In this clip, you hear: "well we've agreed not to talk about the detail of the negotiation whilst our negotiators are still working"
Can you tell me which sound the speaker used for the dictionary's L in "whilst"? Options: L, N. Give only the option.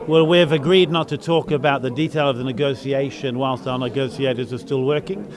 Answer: L